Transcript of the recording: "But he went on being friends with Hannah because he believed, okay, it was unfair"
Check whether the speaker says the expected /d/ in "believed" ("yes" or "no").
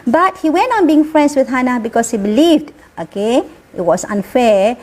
yes